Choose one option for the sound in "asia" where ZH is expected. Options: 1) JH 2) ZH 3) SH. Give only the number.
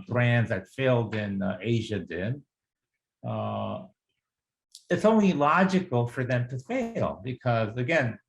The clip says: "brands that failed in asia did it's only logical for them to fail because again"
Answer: 2